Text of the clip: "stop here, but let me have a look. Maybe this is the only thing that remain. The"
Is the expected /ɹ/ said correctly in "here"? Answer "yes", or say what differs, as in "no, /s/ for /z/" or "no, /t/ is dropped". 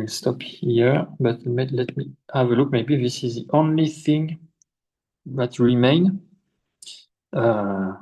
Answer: yes